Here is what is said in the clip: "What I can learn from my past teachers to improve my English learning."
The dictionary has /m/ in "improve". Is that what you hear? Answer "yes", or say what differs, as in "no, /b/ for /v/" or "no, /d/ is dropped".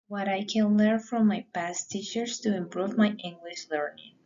yes